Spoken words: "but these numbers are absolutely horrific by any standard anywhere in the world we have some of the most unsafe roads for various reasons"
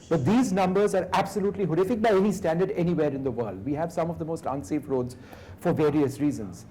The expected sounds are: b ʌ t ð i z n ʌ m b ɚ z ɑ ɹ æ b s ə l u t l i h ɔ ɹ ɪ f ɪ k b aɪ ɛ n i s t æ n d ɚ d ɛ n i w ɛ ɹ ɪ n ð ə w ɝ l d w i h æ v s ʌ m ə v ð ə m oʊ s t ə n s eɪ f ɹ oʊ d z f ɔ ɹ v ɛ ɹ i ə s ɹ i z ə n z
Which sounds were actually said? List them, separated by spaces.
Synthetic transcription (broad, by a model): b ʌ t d i z n ʌ m b ɚ z ɑ ɹ æ b s ə l u t l i h ɔ ɹ ɪ f ɪ k b aɪ ɛ n i s t æ n d ɚ d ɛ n i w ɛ ɹ ɪ n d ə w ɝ l d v i h æ v s ʌ m ə v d ə m oʊ s t ə n s eɪ f ɹ oʊ d z f ɔ ɹ v ɛ ɹ i ə s ɹ i z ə n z